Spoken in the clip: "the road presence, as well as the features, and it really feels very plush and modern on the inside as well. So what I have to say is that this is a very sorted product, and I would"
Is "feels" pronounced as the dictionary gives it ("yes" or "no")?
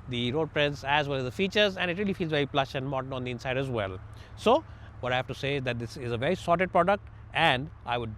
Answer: yes